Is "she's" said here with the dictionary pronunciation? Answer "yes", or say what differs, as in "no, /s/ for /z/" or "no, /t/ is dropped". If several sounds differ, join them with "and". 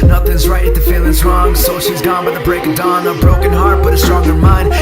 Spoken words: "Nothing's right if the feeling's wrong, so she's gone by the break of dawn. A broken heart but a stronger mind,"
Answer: yes